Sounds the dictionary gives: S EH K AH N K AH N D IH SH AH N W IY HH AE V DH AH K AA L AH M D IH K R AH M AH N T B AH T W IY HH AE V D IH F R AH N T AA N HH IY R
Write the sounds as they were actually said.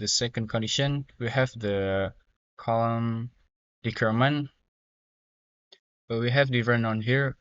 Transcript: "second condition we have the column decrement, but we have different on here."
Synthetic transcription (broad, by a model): S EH K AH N K AH N D IH SH AH N W IY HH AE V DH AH K AA L AH M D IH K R M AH N B AH T W IY HH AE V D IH R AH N AA N HH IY R